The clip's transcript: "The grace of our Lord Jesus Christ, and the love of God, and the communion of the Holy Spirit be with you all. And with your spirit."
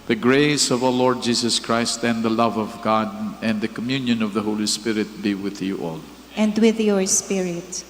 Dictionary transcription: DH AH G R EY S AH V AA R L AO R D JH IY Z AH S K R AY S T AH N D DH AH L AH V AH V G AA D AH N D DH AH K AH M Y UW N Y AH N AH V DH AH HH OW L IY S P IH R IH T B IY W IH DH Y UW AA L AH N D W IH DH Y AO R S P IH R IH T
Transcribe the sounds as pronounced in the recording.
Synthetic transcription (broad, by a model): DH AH G R EY S AH V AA W L AO R D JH IY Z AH S K R AY S T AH N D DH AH L AH V AH V G AA D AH N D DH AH K AH M Y UW N Y AH N AH V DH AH HH OW L IY S P IH R IH T B IY W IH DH Y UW AA L AH N D W IH DH Y AO R S P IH R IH T